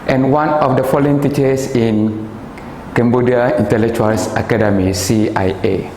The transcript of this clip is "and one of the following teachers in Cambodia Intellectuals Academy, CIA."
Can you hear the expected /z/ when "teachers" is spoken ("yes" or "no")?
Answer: no